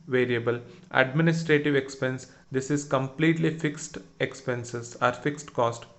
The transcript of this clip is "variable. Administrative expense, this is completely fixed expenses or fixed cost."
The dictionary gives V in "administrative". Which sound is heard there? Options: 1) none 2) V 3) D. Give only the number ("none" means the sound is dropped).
2